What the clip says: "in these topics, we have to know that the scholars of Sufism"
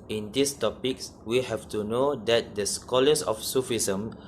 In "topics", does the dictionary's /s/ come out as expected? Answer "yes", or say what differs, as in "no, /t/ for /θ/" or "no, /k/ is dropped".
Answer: yes